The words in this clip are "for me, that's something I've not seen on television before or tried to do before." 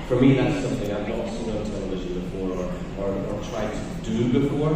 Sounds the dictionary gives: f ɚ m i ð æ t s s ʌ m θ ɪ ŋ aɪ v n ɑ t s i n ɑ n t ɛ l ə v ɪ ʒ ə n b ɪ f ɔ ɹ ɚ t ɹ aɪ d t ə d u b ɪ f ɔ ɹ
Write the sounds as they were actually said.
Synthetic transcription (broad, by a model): f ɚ m i ð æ t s s ʌ m θ ɪ ŋ aɪ v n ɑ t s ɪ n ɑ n t ɛ l ə v ɪ ʒ ə n b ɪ f ɔ ɹ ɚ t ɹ aɪ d t ə d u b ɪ f ɔ ɹ